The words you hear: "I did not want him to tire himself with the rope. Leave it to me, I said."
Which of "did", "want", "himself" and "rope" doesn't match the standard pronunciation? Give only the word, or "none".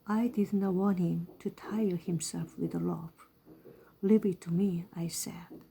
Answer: rope